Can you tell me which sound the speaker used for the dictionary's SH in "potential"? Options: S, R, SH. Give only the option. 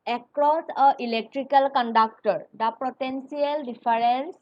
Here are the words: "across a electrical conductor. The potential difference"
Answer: S